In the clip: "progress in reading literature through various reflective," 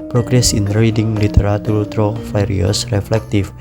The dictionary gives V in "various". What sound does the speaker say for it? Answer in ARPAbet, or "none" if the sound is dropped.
F